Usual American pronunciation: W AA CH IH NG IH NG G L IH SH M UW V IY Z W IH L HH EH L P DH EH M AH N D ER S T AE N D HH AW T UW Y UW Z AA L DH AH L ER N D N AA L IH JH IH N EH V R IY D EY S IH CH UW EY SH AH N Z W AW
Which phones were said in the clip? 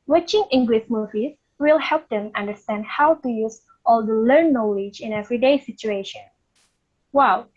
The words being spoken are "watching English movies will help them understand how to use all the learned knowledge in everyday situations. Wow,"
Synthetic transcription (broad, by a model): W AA CH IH NG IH NG G L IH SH M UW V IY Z W IH L HH EH L P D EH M AH N D ER S T AE N D HH AW T UW Y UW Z AA L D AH L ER D N AA L IH JH IH N EH V R IY D EY S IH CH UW EY SH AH N W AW